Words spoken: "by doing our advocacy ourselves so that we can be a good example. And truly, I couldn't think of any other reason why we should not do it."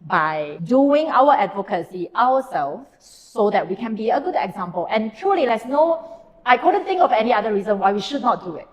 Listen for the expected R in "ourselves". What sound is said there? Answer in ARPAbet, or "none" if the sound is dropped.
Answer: W